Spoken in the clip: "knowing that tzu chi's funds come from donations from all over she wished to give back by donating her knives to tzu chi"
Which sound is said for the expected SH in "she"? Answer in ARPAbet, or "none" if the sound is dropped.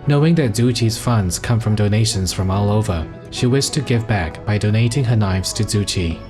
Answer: SH